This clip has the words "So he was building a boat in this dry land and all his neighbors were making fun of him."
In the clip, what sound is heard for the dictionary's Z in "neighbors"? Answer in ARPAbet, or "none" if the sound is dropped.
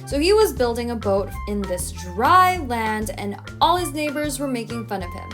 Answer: Z